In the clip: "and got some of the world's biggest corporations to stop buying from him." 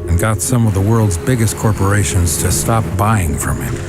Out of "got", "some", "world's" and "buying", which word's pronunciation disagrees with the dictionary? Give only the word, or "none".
none